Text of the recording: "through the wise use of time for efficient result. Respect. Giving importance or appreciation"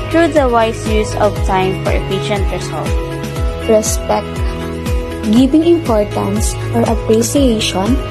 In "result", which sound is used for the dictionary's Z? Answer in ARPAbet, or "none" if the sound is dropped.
S